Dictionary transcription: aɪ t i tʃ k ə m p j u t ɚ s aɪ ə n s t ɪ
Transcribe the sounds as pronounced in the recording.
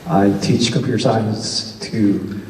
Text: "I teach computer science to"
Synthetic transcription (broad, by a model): aɪ t i tʃ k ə p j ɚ s aɪ ə n s t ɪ